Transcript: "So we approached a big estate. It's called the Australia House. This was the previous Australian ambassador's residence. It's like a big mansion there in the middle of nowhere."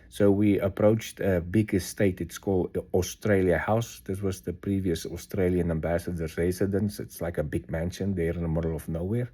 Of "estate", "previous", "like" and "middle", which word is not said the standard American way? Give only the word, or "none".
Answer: none